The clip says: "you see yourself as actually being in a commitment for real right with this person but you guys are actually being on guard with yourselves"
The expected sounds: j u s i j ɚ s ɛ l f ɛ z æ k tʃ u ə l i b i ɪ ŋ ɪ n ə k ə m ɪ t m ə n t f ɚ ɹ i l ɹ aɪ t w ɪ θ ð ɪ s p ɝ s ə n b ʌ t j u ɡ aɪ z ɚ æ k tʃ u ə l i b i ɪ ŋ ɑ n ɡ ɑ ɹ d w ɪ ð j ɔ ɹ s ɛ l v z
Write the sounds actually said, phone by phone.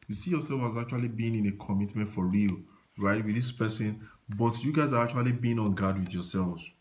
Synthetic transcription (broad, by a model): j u s i j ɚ s ɛ l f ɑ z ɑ k tʃ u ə l i b i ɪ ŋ ɪ n ə k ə m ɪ t m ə n t f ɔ ɹ i l ɹ aɪ t w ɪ ð ɪ s p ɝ s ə n b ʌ t j u ɡ aɪ z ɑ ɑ k tʃ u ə l i b i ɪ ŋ ɑ n ɡ ɑ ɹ d w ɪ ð j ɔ s ɛ l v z